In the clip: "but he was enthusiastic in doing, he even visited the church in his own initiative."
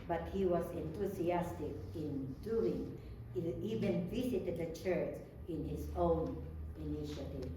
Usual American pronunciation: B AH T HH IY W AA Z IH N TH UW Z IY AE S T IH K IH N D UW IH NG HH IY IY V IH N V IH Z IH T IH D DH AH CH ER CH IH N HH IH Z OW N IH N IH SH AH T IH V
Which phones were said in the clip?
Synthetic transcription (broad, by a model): B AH T HH IY W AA S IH N T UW S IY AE S T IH K IH N D UW IH NG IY IY V IH N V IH S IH T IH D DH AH CH ER CH IH N HH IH S OW N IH N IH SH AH T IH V